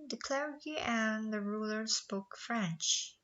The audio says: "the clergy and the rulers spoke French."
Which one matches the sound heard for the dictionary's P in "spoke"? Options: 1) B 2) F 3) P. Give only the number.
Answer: 3